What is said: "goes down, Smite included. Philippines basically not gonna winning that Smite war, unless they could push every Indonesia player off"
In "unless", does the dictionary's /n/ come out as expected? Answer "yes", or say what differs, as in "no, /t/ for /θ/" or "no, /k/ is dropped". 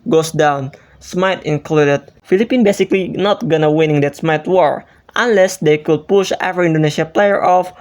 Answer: yes